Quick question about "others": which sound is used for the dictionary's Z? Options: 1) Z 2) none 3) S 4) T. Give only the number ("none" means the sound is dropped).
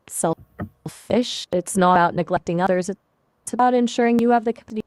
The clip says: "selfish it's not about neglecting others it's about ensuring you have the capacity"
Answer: 1